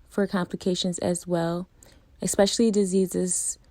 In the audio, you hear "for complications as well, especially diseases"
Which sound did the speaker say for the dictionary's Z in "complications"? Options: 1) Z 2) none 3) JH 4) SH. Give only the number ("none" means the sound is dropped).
1